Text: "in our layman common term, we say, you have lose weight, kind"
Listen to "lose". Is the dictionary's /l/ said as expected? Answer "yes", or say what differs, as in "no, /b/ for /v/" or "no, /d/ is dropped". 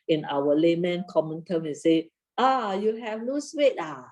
no, /n/ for /l/